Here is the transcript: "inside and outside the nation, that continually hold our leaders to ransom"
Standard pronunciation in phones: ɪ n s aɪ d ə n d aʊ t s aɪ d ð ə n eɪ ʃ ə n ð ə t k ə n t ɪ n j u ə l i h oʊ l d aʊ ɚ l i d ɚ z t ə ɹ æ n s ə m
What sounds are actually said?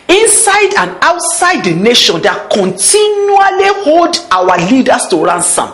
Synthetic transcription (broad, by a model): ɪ n s aɪ d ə n aʊ t s aɪ d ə n eɪ ʃ ə n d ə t k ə n t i n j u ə l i h oʊ l d aʊ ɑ l i d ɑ s t ə ɹ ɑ n s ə m